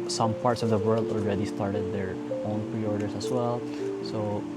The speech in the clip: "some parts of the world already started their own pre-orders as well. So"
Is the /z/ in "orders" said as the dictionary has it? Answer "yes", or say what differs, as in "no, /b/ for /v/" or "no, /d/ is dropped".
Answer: no, /s/ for /z/